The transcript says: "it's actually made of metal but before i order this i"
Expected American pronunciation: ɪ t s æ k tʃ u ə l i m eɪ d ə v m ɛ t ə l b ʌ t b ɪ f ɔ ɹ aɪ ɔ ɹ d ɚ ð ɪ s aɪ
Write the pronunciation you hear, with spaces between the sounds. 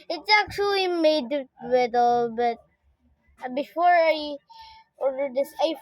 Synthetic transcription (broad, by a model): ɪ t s æ k tʃ u ə l i m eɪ ə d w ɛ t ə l b ʌ t b ɪ f ɔ ɹ aɪ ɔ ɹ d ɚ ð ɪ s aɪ